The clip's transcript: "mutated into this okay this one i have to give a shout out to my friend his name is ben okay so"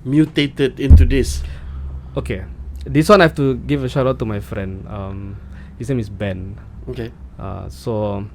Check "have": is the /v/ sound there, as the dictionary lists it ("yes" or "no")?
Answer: no